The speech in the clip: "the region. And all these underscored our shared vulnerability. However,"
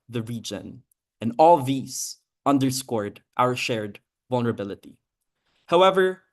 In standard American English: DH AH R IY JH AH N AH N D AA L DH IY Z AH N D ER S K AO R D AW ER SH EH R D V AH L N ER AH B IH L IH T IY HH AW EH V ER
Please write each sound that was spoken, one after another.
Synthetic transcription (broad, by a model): DH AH R IY JH AH N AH N AA L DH IY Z AH N D ER S K AO R D AW ER SH EH R D V AH L N ER AH B IH L IH T IY HH AW EH V ER